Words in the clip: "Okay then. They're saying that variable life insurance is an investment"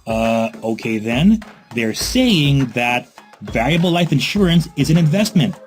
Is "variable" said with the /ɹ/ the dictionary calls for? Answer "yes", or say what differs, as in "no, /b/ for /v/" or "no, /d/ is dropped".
no, /l/ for /ɹ/